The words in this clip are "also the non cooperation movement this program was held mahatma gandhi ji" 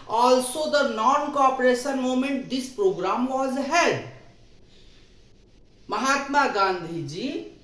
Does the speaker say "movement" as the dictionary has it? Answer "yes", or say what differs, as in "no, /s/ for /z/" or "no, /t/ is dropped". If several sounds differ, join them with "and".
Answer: no, /v/ is dropped